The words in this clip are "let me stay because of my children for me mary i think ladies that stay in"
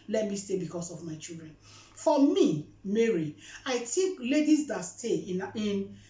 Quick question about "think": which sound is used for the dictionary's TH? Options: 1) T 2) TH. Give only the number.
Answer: 1